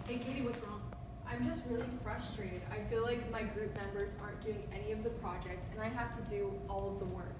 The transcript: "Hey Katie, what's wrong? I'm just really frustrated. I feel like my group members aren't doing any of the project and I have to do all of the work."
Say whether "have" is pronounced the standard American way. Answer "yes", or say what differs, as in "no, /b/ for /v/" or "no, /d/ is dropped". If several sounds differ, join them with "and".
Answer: no, /f/ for /v/